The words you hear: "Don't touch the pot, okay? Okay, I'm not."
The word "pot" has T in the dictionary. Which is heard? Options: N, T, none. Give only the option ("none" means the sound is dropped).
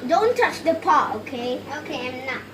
none